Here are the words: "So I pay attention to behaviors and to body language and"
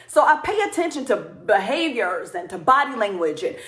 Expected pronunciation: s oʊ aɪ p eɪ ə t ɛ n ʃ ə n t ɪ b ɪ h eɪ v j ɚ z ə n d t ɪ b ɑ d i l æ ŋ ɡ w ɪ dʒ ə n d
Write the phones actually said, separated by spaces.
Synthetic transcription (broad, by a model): s oʊ aɪ p eɪ ə t ɛ n ʃ ə n t ɪ b ɪ h eɪ v j ɚ z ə n t ɪ b ɑ d i l æ ŋ ɡ w ɪ dʒ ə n